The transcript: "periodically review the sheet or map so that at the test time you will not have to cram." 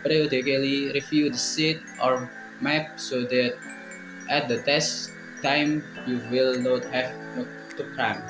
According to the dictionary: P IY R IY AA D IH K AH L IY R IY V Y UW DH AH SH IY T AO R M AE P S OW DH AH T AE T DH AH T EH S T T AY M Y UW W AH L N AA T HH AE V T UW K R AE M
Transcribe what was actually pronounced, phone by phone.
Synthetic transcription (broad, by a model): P R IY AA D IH K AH L IY R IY F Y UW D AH S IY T AO R M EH P S OW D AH T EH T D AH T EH S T T AY M Y UW W AH L N AA T HH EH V T UW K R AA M